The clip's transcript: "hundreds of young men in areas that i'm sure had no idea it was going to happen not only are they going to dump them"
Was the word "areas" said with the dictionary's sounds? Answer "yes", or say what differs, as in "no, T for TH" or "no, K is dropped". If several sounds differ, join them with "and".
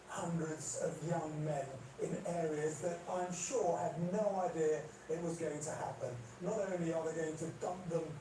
yes